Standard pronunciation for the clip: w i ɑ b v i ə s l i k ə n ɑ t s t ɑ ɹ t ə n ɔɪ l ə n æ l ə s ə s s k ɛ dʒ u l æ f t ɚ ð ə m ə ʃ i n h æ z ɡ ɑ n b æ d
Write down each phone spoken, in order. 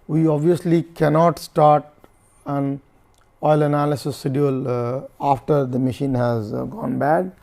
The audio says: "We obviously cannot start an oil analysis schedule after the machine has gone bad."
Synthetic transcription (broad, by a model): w i ɑ b v i ə s l i k ə n ɑ t s t ɑ ɹ t ə n ɔɪ l ə n æ l ə s ə s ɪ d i u l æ f t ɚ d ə m ə ʃ i n h æ z ɡ ɑ n b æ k